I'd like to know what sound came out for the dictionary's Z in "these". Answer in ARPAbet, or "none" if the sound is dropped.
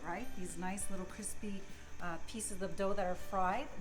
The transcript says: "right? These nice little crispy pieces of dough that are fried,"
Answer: Z